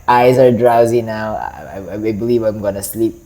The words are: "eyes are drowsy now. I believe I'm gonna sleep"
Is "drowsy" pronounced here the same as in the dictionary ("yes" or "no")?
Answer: yes